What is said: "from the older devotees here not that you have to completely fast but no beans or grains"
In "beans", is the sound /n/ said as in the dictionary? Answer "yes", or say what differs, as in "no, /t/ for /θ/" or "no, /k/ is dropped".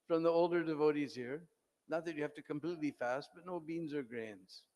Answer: yes